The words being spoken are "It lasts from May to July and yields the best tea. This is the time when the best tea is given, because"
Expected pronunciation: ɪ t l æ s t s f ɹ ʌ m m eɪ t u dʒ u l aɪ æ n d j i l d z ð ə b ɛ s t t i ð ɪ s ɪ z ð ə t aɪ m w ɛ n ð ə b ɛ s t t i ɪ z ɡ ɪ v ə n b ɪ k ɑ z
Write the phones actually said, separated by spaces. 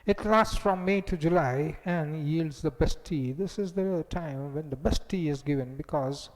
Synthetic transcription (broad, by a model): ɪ t l æ s t s f ɹ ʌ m m eɪ t u dʒ u l aɪ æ n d j i l d z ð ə b ɛ s t t i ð ɪ s ɪ z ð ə t aɪ m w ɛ n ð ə b ɛ s t t i ɪ z ɡ ɪ v ə n b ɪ k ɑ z